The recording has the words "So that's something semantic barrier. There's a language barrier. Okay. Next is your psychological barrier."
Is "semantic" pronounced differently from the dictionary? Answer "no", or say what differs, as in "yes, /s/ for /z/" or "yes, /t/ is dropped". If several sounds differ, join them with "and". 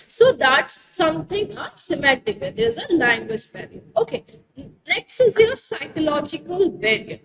yes, /n/ is dropped